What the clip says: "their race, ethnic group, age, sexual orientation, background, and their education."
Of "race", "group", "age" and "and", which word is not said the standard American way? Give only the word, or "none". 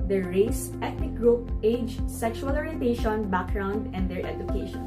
none